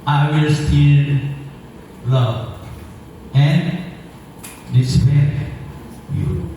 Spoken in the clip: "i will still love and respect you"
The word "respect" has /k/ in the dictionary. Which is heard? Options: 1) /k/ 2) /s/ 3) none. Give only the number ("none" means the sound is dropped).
3